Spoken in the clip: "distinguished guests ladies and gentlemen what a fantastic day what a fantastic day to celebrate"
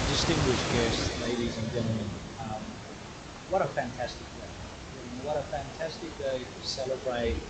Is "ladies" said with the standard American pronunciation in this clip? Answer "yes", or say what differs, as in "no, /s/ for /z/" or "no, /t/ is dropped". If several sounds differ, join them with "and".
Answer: yes